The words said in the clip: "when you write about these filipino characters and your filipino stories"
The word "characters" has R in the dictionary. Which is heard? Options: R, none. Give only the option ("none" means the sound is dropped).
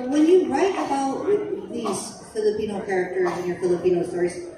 R